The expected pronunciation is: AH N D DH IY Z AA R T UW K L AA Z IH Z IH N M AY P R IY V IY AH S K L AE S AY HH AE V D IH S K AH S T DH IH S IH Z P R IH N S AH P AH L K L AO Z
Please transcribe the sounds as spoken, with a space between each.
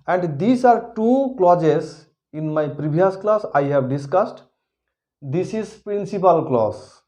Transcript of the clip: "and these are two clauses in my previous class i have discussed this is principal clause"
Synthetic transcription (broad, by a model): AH N D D IY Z AA R T UW K L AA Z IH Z IH N M AY P R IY B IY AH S K L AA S AY HH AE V D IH S K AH S T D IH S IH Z P R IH N S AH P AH L K L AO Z